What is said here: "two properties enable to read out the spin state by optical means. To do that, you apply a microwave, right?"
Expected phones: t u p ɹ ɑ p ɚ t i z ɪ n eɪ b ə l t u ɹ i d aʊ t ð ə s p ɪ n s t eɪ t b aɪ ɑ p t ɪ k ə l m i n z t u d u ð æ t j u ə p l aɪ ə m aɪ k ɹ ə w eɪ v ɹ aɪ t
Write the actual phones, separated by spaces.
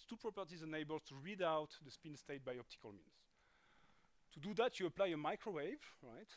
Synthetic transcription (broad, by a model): t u p ɹ ɑ p ɚ t i z ɪ n eɪ b ə l t u ɹ i d aʊ t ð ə s p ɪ n s t eɪ t b aɪ ɑ p t ɪ k ə l m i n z t u d u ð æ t j u ə p l aɪ ə m aɪ k ɹ ə w eɪ v ɹ aɪ t